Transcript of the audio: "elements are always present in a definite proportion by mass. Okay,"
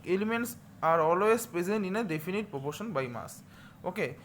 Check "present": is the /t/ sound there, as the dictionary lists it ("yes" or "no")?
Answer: no